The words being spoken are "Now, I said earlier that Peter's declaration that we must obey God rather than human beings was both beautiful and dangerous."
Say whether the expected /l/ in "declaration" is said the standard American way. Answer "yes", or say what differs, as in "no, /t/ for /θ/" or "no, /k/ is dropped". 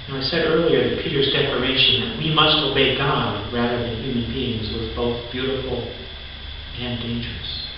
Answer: yes